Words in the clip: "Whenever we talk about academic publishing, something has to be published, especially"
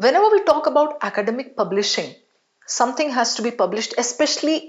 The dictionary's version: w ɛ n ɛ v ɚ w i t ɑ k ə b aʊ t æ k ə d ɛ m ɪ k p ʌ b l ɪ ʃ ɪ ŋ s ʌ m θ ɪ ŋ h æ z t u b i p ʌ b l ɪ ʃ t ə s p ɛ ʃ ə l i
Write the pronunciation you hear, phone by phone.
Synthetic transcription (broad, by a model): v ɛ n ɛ v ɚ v i t ɑ k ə b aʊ t æ k ə d ɛ m ɪ k p ʌ b l ɪ ʃ ɪ ŋ s ʌ m t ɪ ŋ h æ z t u b i p ʌ b l ɪ ʃ t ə s p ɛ ʃ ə l i